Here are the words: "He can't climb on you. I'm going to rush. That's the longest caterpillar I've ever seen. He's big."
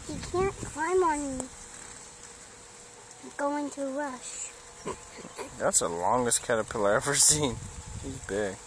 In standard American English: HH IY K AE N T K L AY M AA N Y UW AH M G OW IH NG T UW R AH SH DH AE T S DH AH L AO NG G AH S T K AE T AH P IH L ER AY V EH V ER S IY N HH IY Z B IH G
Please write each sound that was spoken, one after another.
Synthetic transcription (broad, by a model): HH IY K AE N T K L AY M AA N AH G OW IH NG T UW R AH SH DH AE T S DH AH L AO NG G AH S K AE T AH P IH L ER EH V ER S IY N HH IY Z B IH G